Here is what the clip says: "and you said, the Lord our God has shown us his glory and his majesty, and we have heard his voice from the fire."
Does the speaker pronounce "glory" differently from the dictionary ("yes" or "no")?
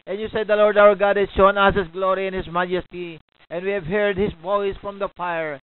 no